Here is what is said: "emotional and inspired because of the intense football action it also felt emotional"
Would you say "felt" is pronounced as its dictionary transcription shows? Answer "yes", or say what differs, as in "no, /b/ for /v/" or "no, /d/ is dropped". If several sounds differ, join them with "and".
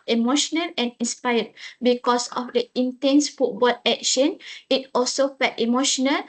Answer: no, /l/ is dropped